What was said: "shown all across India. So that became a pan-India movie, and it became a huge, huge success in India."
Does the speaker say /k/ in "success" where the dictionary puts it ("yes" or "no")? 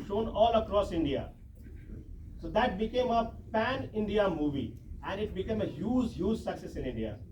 yes